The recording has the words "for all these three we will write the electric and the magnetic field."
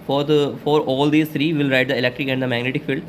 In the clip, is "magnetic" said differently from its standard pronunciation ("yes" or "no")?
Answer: no